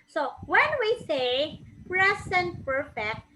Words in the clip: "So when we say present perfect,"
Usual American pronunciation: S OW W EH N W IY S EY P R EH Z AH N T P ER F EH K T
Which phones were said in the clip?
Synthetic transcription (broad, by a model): S OW W EH N W IY S EY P R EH S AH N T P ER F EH K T